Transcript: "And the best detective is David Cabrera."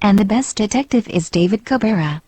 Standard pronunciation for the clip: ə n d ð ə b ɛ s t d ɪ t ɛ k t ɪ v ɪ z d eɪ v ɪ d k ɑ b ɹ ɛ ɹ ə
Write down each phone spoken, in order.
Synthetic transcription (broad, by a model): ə n ð ə b ɛ s d ɪ t ɛ k t ɪ v ɪ z d eɪ v ɪ d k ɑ b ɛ ɹ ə